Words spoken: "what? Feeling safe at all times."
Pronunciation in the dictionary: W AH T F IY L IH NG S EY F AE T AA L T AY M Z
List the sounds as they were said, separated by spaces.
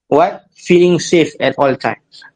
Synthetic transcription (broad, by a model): W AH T F IY L IH NG S EY F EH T AA L T AY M